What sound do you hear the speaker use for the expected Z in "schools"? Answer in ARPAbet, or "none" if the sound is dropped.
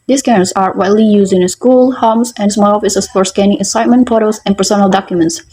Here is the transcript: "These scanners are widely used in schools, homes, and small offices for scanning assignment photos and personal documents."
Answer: none